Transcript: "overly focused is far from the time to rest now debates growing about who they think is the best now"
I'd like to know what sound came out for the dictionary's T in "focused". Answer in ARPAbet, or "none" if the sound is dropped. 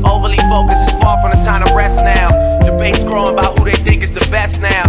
none